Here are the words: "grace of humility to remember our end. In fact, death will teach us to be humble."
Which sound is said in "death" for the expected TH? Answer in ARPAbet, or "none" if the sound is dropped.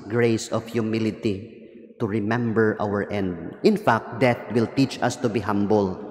T